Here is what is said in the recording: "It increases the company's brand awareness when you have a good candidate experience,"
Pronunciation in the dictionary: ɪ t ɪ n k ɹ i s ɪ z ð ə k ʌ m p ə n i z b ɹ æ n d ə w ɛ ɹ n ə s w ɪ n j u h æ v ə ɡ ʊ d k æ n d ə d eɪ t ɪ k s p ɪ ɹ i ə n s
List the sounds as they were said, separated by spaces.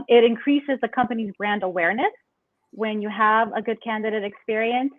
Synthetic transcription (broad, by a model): ɪ t ɪ n k ɹ i s ɪ z ð ə k ʌ m p ə n i z b ɹ æ n d ə w ɛ ɹ n ə s w ɪ n j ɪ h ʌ v ə ɡ ʊ d k æ n d ə d eɪ t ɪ k s p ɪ ɹ i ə n s